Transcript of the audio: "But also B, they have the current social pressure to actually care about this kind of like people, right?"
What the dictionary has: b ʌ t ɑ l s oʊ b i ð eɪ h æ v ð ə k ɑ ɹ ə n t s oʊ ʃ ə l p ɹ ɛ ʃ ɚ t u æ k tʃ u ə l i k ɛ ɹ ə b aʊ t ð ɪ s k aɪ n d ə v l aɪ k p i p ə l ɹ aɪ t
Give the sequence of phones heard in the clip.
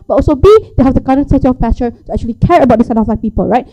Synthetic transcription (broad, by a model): b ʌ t ɑ l s oʊ b i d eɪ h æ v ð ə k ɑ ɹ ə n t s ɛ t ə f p ɛ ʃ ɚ t u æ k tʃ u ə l i k ɛ ɹ ə b aʊ t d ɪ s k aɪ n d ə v l aɪ k p i p ə l ɹ aɪ t